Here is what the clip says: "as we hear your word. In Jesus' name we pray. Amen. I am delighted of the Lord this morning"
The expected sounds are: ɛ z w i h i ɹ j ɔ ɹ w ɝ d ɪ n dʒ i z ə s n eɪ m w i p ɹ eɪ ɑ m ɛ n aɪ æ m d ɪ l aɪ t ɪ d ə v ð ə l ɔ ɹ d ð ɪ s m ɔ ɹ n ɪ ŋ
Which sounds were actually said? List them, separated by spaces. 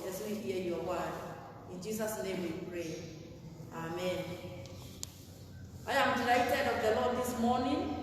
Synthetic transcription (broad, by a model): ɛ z w i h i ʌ j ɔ w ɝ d ɪ n dʒ i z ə s n eɪ m w i p ɹ eɪ ɑ m ɛ n aɪ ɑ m d ɪ l aɪ t ɪ d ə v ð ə l ɔ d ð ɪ s m ɔ n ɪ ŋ